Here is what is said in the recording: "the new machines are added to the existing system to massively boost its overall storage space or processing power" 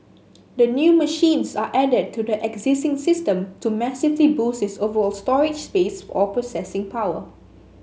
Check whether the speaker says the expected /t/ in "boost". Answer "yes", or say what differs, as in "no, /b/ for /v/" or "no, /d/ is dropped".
no, /t/ is dropped